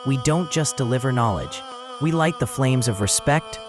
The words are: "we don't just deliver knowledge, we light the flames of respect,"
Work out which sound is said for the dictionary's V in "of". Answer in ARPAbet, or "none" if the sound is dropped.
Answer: V